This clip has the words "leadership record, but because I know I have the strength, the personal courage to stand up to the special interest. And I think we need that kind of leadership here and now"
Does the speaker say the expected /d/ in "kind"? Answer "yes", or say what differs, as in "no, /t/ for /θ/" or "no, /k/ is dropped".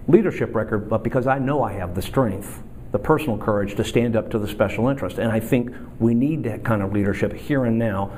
yes